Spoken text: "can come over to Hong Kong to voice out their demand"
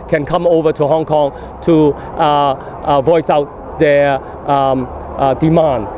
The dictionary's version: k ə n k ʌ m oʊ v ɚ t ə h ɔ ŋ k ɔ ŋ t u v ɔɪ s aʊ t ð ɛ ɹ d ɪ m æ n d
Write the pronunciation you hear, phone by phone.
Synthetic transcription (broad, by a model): k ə n k ʌ m oʊ v ɚ t ə h ɔ ŋ k ɔ ŋ t u v ɔɪ s aʊ t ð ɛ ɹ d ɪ m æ n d